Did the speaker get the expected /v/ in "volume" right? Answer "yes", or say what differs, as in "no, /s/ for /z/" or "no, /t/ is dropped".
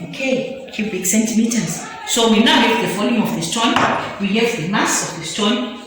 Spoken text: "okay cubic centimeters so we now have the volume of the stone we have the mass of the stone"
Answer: no, /f/ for /v/